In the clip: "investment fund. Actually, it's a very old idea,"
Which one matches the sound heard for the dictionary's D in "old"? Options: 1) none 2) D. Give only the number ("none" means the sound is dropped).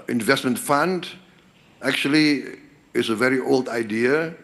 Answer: 2